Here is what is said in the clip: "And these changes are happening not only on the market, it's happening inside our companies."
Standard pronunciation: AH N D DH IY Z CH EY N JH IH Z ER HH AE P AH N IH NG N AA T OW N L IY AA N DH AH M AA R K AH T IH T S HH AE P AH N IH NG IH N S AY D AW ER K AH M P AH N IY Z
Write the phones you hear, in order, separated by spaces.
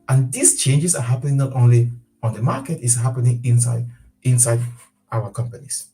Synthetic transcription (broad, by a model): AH N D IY S CH EY N JH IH S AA HH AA P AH N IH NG N AA T OW N L IY AA N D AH M AA K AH T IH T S HH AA P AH N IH NG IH N S AY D AW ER K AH M P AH N IY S